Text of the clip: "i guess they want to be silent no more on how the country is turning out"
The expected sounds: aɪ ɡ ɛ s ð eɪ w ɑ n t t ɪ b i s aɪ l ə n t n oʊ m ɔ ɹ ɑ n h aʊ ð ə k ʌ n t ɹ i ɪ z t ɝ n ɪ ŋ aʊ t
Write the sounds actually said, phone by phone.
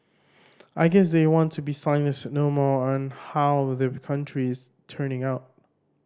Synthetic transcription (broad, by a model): aɪ ɡ ɛ s ð eɪ w ɑ n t t ɪ b i s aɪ n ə t n oʊ m ɔ ɹ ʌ n h aʊ ð ə k ʌ n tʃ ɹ i ɪ z t ɝ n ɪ ŋ aʊ t